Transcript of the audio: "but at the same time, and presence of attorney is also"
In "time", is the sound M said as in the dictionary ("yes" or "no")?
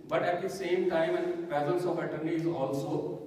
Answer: yes